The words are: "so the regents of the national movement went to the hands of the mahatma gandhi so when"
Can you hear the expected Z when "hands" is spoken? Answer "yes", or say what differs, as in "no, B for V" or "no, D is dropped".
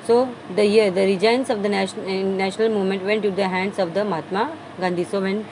no, S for Z